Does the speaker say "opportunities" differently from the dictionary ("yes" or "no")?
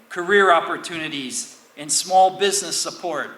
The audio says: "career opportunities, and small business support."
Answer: no